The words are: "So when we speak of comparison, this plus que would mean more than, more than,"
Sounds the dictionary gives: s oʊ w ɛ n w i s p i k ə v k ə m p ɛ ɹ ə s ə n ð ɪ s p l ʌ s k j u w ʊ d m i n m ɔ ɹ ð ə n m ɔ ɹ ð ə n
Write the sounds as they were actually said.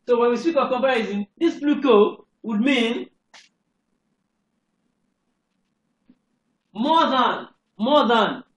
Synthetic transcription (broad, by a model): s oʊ w ɛ n w i s p i k ə v k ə m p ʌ ɹ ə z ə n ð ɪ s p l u k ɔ w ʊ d m i n m ɔ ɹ ð ə n m ɔ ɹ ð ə n